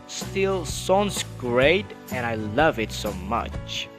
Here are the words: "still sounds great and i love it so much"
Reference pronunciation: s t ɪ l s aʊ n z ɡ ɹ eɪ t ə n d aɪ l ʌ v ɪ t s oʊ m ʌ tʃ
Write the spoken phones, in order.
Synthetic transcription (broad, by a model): s t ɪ l s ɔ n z ɡ ɹ eɪ t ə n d aɪ l ʌ v ɪ t s oʊ m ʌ tʃ